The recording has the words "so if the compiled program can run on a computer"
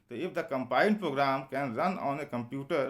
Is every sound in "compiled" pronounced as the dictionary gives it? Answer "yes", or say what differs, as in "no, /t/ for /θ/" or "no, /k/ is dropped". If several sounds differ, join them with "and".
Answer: no, /n/ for /l/